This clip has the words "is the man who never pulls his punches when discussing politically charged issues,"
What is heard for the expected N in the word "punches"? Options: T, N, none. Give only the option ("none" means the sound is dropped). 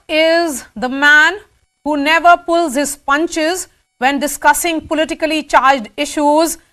N